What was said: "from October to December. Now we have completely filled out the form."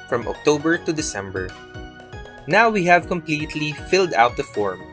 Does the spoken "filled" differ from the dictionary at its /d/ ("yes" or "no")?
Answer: no